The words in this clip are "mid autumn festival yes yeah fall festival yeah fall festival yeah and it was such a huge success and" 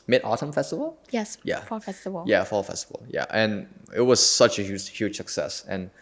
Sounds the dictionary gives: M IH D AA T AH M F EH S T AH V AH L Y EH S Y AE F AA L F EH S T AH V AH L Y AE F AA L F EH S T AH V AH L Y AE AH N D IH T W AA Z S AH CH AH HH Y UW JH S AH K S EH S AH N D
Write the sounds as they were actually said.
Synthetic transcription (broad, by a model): M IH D AA T AH M F EH S T AH V AH L Y EH S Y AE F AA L F EH S T AH V AH L Y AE F AA L F EH S T AH V AH L Y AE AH N IH T W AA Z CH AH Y AH HH Y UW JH S AH K S EH S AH N